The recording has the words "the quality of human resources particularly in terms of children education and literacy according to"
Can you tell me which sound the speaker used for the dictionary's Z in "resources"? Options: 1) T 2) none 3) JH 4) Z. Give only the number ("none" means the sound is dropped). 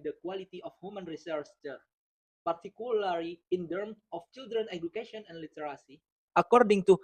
2